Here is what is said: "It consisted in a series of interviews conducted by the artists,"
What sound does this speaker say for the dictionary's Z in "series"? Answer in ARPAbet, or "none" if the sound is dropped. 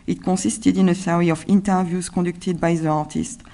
none